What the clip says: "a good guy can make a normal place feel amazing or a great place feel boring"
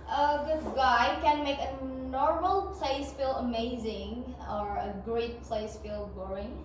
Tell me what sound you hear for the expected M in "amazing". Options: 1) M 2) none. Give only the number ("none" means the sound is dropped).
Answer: 1